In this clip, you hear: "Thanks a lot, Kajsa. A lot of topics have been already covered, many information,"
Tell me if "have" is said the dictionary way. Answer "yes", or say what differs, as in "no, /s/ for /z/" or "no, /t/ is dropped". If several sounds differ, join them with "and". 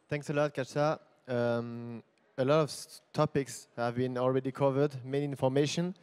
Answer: yes